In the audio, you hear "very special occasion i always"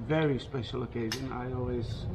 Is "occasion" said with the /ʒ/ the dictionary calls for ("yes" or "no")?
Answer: yes